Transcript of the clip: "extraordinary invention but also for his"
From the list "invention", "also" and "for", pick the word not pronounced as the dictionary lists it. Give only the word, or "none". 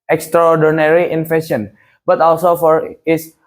invention